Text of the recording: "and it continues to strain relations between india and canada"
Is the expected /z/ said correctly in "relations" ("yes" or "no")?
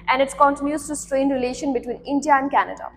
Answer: no